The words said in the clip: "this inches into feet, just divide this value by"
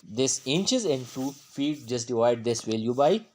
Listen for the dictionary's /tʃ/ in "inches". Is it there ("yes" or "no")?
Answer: yes